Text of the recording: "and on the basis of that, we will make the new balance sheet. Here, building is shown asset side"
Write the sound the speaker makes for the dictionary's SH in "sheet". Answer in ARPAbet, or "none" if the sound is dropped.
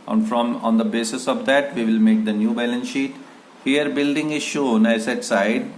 SH